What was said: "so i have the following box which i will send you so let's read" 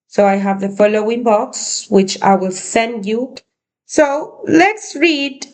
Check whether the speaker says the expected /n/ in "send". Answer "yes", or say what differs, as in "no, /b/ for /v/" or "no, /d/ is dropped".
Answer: yes